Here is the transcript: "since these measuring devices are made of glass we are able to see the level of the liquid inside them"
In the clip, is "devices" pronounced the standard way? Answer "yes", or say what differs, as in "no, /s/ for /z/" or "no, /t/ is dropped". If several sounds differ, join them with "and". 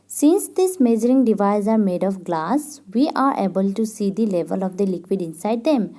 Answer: no, /s/ is dropped